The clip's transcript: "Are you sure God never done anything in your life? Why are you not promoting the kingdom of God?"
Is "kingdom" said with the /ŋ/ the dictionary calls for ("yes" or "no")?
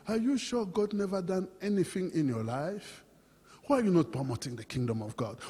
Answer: yes